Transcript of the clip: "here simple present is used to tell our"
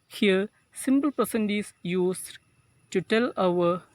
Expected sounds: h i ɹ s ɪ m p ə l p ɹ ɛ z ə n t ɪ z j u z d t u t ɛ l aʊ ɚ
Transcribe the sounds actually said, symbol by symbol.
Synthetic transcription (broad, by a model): h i ɹ s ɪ m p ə l p ʌ s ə n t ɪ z j u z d t u t ɛ l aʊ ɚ